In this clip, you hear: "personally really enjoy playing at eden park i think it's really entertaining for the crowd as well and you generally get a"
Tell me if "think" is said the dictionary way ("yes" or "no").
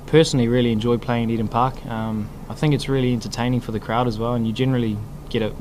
yes